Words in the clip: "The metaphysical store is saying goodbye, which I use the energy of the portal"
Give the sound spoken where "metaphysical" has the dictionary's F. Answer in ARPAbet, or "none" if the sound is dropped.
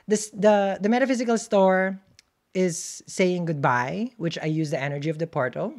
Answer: F